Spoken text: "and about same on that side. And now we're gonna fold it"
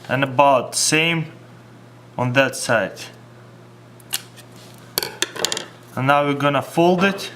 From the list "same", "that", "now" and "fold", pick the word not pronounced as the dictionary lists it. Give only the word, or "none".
none